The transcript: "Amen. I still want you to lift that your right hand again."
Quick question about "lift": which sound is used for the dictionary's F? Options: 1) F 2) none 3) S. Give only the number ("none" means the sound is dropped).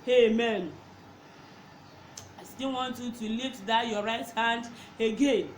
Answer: 2